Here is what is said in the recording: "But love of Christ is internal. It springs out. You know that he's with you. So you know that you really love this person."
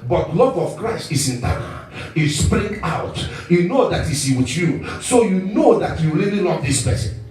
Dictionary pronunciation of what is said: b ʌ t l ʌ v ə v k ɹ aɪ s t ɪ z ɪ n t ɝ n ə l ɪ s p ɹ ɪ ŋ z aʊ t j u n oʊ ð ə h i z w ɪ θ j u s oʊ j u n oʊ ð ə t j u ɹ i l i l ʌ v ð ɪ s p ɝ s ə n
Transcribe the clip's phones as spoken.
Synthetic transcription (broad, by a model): b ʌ t l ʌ v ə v k ɹ aɪ s t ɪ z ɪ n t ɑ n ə s p ɹ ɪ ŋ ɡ aʊ t j u n oʊ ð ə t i s w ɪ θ j u s oʊ j u n oʊ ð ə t j u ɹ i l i l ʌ v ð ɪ s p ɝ s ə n